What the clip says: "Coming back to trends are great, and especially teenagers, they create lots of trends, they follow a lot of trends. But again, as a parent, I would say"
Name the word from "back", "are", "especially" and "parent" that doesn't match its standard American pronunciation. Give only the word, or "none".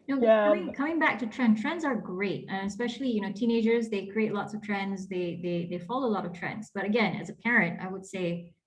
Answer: especially